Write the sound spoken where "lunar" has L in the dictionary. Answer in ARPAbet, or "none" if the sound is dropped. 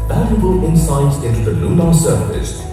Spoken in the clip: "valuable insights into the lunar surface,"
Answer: N